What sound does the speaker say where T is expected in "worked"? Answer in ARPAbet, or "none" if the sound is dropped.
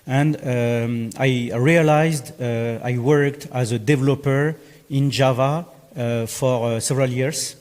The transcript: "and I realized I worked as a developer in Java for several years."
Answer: T